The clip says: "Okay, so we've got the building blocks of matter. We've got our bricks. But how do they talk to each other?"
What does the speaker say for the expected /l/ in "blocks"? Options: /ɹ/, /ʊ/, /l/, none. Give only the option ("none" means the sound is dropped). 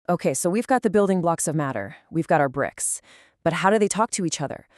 /l/